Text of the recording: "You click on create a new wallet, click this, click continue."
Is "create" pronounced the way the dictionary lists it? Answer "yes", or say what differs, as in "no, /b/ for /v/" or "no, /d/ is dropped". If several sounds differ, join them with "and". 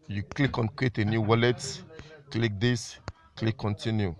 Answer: no, /w/ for /ɹ/